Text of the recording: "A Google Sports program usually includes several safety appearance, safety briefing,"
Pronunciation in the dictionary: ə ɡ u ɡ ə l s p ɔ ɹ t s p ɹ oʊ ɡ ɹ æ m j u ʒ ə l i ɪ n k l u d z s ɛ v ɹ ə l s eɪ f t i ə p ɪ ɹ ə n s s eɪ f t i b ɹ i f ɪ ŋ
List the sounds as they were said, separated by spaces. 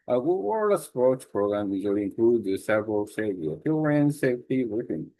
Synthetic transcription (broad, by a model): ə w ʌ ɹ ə s p ɔ ɹ t s p ɹ oʊ ɡ ɹ æ m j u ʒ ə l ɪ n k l u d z s ɛ v ɹ ə l s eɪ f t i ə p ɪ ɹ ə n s s eɪ f t i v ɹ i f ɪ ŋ